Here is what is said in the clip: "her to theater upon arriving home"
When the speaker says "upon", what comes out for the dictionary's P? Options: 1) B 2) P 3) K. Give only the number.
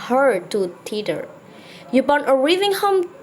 1